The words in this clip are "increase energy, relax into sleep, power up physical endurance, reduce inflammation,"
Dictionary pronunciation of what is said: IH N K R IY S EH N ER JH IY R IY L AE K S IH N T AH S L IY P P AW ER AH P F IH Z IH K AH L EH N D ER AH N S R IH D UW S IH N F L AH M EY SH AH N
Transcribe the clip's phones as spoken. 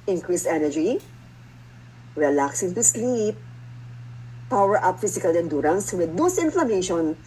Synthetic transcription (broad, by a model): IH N K R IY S EH N ER JH IY R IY L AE K S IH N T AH S L IY P P AW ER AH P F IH S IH K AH L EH N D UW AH N S W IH D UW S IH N F L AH M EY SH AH N